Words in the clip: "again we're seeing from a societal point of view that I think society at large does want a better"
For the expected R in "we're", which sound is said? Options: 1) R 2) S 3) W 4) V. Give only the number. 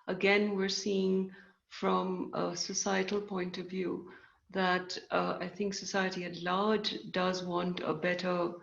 1